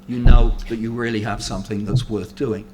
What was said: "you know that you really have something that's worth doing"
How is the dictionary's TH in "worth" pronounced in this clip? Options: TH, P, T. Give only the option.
TH